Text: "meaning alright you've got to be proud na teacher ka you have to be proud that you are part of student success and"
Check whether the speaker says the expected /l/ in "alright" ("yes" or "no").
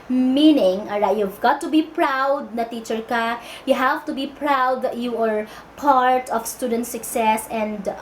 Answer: no